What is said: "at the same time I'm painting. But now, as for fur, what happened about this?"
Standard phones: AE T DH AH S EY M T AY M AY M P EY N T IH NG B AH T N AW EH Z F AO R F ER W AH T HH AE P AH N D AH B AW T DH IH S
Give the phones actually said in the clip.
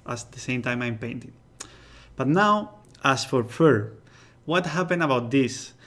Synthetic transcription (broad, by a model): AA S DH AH S EY M T AY M AY M P EY N T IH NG B AH T N AW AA S F AO R F ER W AH T HH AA P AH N AH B AW T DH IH S